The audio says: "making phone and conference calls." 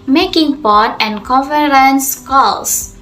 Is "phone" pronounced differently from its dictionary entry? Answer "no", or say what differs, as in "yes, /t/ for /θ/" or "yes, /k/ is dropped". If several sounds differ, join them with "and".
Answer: yes, /p/ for /f/